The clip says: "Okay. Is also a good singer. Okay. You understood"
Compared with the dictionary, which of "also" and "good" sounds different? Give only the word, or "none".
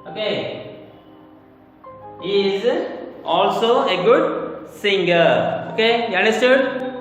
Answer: none